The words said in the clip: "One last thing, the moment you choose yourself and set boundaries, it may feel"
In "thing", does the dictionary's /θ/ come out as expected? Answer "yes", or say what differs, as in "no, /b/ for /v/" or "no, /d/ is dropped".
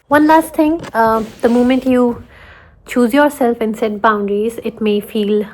no, /t/ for /θ/